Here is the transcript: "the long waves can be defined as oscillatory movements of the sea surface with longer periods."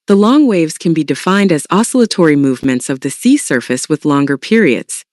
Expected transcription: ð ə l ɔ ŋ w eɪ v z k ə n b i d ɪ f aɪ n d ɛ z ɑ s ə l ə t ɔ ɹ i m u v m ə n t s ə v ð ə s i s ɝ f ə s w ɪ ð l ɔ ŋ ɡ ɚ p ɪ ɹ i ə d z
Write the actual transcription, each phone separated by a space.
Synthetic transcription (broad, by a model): ð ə l ɔ ŋ w eɪ v z k ə n b i d ɪ f aɪ n d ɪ z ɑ s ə l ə t ɔ ɹ i m u v m ə n t s ə v ð ə s i s ɝ f ə s w ɪ ð l ɔ ŋ ɡ ɚ p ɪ ɹ i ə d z